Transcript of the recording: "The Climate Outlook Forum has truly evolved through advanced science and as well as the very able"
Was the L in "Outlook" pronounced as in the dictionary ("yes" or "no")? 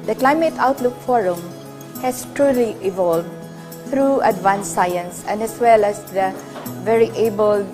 yes